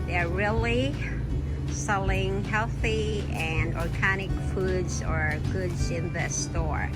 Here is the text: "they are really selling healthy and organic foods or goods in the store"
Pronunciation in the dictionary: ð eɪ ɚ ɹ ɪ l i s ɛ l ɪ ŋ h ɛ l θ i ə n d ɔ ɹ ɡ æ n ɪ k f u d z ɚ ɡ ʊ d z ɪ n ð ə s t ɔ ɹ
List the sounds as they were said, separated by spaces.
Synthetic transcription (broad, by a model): ð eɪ ɚ ɹ ɪ l i s ɛ l ɪ ŋ h ɛ l θ i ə n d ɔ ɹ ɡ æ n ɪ k f u d z ɚ ɡ ʊ d z ɪ n ð ə s t ɔ ɹ